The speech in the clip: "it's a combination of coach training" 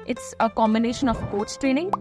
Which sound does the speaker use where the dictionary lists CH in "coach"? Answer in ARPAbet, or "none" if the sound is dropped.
S